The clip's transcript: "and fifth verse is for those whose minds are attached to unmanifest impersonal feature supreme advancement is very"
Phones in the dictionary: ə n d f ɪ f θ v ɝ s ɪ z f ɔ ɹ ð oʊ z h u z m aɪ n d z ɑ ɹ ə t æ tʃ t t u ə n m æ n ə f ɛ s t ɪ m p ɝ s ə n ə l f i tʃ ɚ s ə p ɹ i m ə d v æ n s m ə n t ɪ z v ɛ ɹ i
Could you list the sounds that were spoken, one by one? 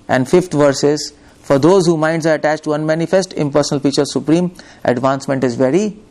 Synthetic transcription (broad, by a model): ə n d f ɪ f t v ɝ s ɪ z f ɔ ɹ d oʊ z h u m aɪ n d z ɑ ɹ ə t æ tʃ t t u ə n m æ n ə f ɛ s t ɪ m p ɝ s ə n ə l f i tʃ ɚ s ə p ɹ i m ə d v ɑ n s m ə n t ɪ z v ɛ ɹ i